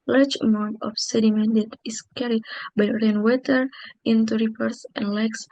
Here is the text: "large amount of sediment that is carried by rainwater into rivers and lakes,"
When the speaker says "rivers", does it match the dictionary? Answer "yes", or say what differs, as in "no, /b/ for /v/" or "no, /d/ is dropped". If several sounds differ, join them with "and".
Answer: no, /p/ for /v/ and /s/ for /z/